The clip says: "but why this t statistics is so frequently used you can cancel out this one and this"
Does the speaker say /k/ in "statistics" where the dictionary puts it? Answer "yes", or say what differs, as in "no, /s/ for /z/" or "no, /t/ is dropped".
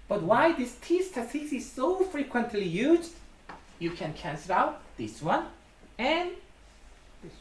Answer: no, /k/ is dropped